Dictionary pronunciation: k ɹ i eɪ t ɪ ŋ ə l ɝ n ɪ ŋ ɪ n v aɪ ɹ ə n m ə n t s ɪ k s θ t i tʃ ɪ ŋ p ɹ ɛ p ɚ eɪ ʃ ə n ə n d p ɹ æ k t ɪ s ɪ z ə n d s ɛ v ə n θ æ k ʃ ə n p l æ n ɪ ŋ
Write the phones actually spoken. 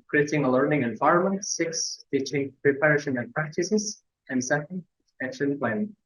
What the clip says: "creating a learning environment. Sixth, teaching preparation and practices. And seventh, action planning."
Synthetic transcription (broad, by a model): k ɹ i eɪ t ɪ ŋ ə l ɝ n ɪ ŋ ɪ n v aɪ ɹ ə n m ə n t s ɪ k s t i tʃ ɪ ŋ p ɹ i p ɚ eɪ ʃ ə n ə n p ɹ æ k t ɪ s ɪ z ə n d s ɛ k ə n t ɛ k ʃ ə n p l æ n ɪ